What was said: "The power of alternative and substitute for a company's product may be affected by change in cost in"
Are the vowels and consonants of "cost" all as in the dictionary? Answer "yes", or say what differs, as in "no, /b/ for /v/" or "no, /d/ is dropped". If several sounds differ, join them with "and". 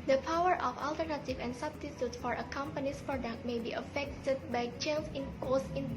no, /t/ is dropped